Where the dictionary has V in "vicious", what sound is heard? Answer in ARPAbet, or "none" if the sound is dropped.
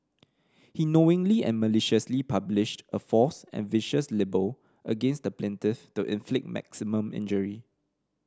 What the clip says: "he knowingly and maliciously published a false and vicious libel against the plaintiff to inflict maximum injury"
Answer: V